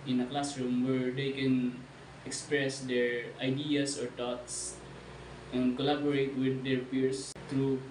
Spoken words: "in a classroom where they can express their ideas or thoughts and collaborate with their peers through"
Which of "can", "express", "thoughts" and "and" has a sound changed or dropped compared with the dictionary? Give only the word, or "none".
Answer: thoughts